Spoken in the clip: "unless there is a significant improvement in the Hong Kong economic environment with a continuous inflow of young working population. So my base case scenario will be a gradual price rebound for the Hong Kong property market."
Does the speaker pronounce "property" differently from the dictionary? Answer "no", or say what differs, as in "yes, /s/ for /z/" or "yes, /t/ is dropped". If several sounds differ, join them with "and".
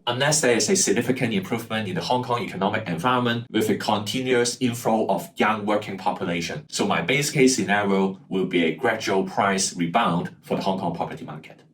yes, /ɹ/ is dropped